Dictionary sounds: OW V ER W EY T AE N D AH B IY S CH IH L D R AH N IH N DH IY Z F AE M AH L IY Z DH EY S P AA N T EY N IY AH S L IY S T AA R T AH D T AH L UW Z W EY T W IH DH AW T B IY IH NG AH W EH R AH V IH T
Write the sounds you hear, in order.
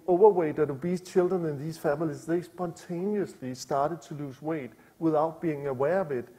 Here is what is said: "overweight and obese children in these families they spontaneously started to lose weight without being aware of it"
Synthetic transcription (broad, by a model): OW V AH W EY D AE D AH B IY S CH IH L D R AH N IH N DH IY S F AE M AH L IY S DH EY S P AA N S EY N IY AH S L IY S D AA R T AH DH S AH L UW S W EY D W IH DH AW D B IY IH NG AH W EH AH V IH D